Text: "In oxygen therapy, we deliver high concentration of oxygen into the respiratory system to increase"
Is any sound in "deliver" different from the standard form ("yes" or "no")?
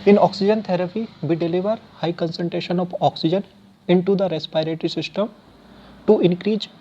no